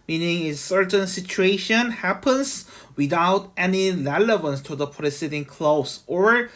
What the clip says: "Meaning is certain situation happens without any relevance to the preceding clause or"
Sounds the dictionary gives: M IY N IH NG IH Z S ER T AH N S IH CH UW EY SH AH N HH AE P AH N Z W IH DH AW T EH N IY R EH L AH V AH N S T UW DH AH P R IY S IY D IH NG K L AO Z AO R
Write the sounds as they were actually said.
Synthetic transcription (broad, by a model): M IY N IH NG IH S ER T AH N S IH CH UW EY SH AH N HH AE P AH N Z W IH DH AW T EH N IY R EH L AH V AH N S T UW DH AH P R IY S IY D IH NG K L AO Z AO R